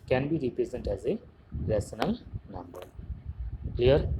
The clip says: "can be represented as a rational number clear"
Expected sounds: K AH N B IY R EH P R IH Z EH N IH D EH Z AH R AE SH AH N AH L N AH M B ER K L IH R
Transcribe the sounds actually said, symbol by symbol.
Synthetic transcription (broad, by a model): K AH N B IY R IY P R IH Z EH N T EH Z AH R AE S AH N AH L N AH M B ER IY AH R